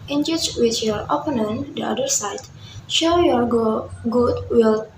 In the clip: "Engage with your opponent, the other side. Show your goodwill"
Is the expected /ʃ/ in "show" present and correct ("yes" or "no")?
yes